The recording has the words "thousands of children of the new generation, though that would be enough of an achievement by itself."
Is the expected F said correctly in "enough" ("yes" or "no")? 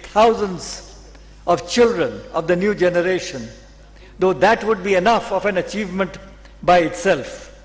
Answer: yes